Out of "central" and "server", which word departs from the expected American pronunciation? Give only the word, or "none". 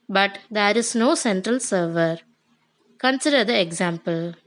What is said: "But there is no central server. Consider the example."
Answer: none